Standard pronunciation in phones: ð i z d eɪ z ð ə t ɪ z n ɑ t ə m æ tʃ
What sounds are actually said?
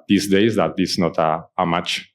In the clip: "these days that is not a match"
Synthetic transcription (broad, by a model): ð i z d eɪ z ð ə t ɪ s n ɑ t ə m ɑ tʃ